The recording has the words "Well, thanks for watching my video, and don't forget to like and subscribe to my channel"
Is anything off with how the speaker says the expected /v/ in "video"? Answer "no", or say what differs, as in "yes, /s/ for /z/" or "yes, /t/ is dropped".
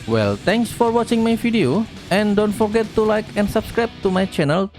yes, /f/ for /v/